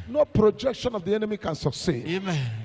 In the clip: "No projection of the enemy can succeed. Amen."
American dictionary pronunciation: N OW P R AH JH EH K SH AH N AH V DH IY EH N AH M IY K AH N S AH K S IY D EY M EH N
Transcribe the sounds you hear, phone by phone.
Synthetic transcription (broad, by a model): N OW P R AH JH EH K SH AH N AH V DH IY EH N AH M IY K AH N S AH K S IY EY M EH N